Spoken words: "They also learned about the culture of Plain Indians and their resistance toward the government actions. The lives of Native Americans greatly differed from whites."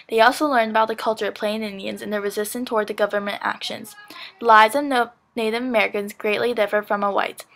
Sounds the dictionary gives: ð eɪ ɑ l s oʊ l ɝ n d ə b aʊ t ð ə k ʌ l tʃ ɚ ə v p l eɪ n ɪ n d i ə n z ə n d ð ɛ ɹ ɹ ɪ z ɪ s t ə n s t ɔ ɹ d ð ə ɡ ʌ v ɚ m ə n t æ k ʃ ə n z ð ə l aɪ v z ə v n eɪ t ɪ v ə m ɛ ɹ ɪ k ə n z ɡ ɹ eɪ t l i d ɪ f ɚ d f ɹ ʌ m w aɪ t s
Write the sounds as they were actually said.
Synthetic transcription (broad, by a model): ð eɪ ɑ l s oʊ l ɝ n d ə b aʊ t ð ə k ʌ l tʃ ɚ ə v p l eɪ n ɪ n d i ə n z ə n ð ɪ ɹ ɹ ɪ z ɪ s t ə n t ɔ ɹ d ð ə ɡ ʌ v ɚ m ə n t æ k ʃ ə n z ð ə l aɪ z ə v n eɪ t ɪ v ə m ɛ ɹ ɪ k ə n z ɡ ɹ eɪ t l i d ɪ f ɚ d f ɹ ʌ m w aɪ t